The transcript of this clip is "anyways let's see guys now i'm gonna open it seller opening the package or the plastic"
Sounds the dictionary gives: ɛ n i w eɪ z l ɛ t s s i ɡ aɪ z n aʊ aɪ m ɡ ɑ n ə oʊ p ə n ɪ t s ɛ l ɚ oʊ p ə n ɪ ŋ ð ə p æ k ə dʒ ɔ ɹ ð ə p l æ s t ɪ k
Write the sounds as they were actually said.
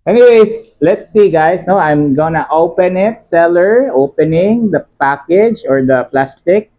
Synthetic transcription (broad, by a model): ɛ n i w eɪ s l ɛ t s s i ɡ aɪ s n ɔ aɪ m ɡ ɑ n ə oʊ p ə n ɪ t s ɛ l ɚ oʊ p ə n ɪ ŋ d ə p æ k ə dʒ ɔ ɹ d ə p l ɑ s t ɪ k